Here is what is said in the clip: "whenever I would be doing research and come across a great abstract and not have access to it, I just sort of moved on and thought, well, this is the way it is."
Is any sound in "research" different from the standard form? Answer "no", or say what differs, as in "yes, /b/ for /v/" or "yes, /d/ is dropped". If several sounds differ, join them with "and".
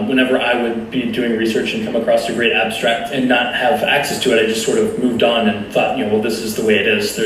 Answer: no